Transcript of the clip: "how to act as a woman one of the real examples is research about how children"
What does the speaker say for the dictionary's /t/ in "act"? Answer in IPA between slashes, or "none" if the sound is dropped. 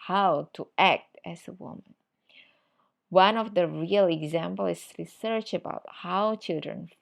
/t/